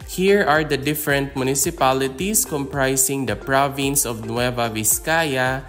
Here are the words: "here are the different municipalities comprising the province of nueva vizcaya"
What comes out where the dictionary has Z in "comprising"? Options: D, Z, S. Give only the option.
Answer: S